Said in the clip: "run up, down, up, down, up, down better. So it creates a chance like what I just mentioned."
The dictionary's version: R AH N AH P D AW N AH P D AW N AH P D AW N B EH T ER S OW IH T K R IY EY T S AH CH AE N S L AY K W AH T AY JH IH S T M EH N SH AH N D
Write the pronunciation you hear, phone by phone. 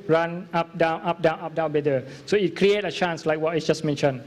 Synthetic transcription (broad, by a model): R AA N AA P D AW N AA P D AW N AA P D AW N B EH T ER S OW IH T K R IY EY T AH CH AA N S L AY K W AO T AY JH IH S M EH N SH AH N